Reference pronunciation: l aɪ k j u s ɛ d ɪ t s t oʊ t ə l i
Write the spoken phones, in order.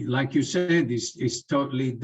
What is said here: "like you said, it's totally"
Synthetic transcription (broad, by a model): l aɪ k j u s ɛ d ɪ s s t oʊ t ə l i